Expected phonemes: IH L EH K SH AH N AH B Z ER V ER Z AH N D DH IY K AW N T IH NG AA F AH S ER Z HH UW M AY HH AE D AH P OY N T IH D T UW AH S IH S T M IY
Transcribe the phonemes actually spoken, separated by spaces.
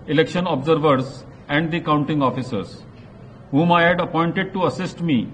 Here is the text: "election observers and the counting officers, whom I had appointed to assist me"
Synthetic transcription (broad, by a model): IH L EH K SH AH N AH B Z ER V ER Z AH N D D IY K AW N T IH NG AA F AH S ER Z HH UW M AY HH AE D AH P OY N T IH D T UW AH S IH S T M IY